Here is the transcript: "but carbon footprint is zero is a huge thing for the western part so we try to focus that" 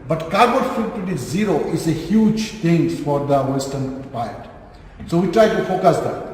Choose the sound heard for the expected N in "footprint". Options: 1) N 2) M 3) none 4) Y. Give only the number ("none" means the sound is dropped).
3